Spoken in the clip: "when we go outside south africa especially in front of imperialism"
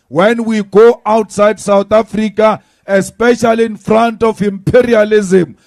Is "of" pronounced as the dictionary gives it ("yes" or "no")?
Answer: no